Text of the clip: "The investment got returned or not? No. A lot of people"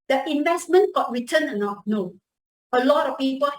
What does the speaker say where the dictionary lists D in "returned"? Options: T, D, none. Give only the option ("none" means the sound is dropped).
none